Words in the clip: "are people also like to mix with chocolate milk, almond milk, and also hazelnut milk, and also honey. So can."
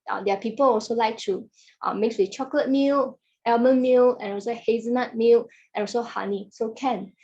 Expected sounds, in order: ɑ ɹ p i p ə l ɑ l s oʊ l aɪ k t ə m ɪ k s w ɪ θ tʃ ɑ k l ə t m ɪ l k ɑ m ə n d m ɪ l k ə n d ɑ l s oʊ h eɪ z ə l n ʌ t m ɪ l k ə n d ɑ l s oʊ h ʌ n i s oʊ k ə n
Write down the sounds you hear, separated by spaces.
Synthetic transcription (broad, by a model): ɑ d p i p ə l ɑ l s oʊ l aɪ k t ə m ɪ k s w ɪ tʃ ɑ k l ə t m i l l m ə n m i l ə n ɑ l s oʊ h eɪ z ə n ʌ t m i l ə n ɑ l s oʊ h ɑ n i s oʊ k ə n